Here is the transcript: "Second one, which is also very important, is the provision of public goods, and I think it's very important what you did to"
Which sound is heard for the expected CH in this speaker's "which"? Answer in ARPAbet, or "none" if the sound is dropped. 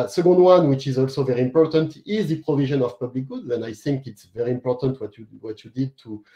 CH